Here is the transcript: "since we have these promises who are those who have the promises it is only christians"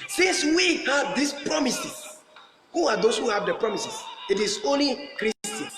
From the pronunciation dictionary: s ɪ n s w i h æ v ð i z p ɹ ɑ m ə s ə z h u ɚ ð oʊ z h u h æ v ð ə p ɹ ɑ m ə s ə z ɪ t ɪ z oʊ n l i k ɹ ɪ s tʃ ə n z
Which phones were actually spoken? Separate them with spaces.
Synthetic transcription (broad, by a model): s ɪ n s w i h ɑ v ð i s p ɹ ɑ m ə s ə s h u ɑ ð oʊ s h u h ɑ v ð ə p ɹ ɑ m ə s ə s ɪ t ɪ s oʊ n l i k ɹ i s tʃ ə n